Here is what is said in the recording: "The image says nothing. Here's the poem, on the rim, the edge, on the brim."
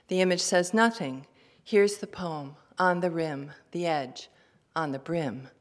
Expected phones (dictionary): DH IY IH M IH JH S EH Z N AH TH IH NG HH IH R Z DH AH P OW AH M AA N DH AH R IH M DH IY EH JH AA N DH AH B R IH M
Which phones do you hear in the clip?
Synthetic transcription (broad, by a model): DH IY IH M IH JH S EH Z N AH TH IH NG HH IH R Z DH AH P OW AH M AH N DH AH R IH M DH IY EH JH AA N DH AH B R IH M